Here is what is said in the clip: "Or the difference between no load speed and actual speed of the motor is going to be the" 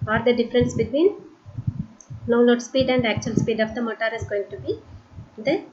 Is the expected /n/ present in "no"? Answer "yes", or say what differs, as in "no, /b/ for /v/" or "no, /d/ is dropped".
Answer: no, /l/ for /n/